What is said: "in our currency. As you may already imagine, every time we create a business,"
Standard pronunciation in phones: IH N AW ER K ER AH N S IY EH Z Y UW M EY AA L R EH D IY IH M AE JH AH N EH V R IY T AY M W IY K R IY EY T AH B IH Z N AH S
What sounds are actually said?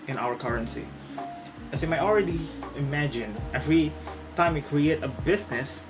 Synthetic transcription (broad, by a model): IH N AW ER K ER AH N S IY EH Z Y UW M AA AA L R EH D IY IH M AE JH AH N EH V R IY T AY M W IY K R IY EY T AH B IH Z N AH S